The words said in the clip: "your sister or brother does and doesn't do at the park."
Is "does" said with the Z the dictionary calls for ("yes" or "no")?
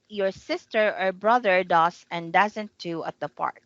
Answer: no